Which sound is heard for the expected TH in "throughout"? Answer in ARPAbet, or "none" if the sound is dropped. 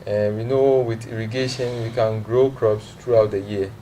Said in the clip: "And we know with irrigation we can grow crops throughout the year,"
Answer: T